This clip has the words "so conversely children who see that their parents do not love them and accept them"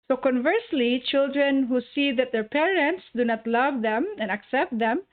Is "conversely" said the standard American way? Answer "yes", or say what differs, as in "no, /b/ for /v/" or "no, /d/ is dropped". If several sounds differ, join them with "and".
yes